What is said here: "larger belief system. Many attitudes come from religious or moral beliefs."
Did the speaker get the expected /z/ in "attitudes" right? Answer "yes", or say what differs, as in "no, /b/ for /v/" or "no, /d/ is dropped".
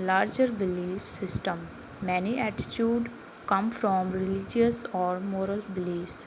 no, /z/ is dropped